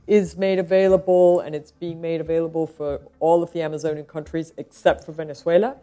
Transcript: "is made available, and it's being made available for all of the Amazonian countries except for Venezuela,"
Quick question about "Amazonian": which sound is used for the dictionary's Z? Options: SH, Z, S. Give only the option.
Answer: Z